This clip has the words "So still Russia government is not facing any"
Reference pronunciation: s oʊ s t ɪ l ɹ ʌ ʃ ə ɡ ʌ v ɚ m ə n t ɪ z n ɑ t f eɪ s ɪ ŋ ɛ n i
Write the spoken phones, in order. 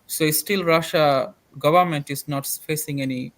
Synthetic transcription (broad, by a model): s oʊ s t ɪ l ɹ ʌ ʃ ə ɡ ʌ v ɚ m ə n t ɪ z n ɑ t f eɪ s ɪ ŋ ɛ n i